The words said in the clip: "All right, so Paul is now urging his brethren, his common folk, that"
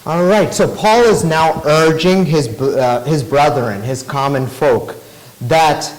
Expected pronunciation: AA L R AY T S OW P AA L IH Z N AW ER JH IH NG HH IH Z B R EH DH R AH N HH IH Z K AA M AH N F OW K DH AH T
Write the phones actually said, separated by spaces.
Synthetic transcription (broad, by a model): AA L R AY T S OW P AA L IH Z N AW ER JH IH NG HH IH Z B R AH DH R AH N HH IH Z K AA M AH N F OW K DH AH T